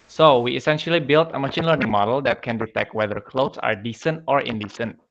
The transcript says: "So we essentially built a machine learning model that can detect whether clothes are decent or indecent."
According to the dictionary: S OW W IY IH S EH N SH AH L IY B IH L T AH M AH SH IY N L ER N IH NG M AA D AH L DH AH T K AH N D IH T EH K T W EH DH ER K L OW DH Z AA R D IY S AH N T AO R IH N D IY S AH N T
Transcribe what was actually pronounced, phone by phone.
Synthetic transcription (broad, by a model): S OW W IY IH S EH N SH AH L IY B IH L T AH M AH SH IY N L ER N IH NG M AA D AH L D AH T K AH N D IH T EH K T W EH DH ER K L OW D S AA R D IY S AH N T AO R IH N D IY S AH N T